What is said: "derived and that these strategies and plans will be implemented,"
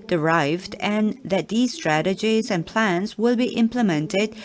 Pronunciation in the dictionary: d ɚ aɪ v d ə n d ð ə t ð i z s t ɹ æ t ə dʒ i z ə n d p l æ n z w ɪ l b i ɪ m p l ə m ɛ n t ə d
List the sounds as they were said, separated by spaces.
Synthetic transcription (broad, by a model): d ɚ aɪ v d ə n ð ə t ð i z s t ɹ æ t ə dʒ i z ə n p l æ n z w ɪ l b i ɪ m p l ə m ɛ n t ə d